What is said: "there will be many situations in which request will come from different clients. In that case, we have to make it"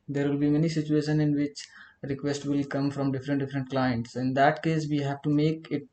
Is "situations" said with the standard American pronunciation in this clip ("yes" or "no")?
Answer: no